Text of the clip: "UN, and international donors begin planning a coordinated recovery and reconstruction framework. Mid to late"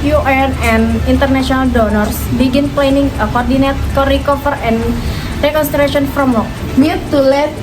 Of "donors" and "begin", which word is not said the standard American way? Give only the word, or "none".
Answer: donors